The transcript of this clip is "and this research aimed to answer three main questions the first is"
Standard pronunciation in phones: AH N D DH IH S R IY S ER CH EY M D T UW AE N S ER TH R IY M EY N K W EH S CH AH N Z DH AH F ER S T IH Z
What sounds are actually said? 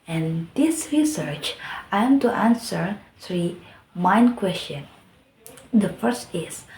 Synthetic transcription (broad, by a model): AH N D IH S R IY S ER CH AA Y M T UW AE N S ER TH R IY M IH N K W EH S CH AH N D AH F ER S T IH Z